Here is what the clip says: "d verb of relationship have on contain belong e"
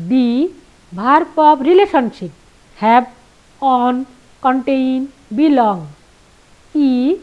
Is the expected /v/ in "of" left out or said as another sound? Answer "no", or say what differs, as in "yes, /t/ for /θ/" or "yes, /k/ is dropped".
yes, /p/ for /v/